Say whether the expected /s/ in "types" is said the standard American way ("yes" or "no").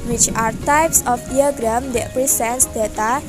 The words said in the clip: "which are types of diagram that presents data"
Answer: yes